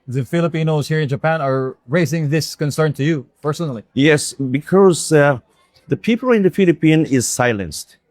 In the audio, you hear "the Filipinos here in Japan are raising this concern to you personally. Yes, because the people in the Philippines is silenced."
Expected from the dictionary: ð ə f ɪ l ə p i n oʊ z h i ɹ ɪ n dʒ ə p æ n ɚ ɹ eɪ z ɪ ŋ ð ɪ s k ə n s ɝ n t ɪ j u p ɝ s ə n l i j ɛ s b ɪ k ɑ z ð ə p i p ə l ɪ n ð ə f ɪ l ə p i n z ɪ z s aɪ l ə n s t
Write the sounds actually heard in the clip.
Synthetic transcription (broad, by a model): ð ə f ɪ l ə p i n oʊ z h i ɹ ɪ n dʒ ə p æ n ɚ ɹ eɪ z ɪ ŋ ð ɪ s k ə n s ɝ n t ɪ j u p ɝ s ə n l i j ɛ s b ɪ k ɑ z ð ə p i p ə l ɪ n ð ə f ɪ l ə p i n ɪ z s aɪ l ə n s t